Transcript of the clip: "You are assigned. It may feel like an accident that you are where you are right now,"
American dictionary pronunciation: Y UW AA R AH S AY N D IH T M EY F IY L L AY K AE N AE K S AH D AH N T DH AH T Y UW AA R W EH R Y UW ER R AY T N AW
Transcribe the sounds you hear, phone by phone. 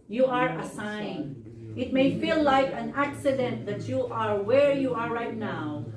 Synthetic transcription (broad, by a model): Y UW AA R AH S AY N IH T M EY F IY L L AY K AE N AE K S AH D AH N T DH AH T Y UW AA R W EH R Y UW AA R AY T N AW